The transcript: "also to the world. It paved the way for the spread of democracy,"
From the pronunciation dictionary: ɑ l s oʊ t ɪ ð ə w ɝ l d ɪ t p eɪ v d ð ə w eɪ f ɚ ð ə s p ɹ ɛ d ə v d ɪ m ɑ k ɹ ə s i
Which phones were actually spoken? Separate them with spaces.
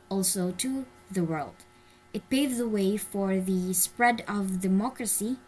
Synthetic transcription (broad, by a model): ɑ l s oʊ t ɪ ð ə w ɝ l d ɪ t p eɪ d ð ə w eɪ f ɚ ð ə s p ɹ ɛ d ə v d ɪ m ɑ k ɹ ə s i